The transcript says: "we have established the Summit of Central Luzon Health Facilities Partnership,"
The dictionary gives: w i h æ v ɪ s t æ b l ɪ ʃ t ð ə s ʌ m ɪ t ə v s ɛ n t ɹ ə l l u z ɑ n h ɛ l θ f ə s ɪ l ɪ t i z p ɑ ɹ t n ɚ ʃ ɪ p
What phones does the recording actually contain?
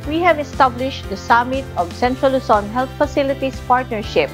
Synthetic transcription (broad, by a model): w i h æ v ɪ s t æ b l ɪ ʃ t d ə s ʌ m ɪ t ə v s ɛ n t ɹ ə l l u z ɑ n h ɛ l t f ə s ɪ l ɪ t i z p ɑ ɹ t n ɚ ʃ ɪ p